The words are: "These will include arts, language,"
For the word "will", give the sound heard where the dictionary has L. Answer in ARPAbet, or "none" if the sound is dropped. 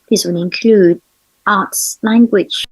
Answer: N